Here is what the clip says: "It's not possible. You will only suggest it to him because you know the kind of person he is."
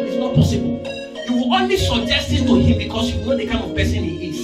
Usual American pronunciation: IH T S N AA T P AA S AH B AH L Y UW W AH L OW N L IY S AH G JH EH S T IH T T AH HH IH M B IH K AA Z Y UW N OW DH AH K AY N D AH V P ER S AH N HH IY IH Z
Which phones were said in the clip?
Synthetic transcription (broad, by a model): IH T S N AA T P AA S AH B AH L Y UW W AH W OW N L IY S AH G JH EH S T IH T T AH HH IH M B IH K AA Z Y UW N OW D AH K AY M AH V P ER S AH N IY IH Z